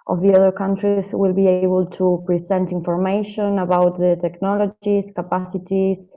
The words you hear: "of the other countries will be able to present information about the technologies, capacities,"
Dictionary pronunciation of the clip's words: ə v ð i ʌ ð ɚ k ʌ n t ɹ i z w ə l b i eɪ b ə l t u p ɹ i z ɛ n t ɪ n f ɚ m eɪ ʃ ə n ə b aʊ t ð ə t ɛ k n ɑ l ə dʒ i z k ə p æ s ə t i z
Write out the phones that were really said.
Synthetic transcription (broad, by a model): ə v ð i ʌ ð ɚ k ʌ n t ɹ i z w ə l b i eɪ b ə l t u p ɹ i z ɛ n t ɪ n f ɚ m eɪ ʃ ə n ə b aʊ t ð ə t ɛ k n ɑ l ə dʒ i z k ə p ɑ s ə t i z